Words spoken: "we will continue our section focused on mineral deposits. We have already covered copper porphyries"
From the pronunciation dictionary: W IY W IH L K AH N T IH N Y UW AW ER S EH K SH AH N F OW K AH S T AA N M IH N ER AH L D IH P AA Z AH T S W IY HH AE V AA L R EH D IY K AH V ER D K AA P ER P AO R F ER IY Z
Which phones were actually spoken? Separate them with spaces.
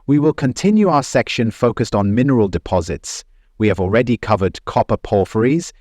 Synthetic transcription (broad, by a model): W IY W IH L K AH N T IH N Y UW AW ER S EH K SH AH N F OW K AH S T N M IH N ER AH L D IH P AA Z AH T S W IY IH V AA L R EH D IY K AH V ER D K AA P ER P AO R F ER IY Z